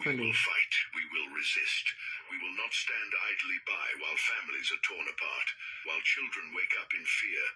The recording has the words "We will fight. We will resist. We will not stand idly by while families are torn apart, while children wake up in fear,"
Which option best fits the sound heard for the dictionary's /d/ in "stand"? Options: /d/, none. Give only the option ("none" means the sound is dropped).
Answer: /d/